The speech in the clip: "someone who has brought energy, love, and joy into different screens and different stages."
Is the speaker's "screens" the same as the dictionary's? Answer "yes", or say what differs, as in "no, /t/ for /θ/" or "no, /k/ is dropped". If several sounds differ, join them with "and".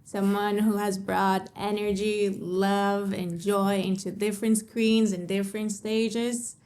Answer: yes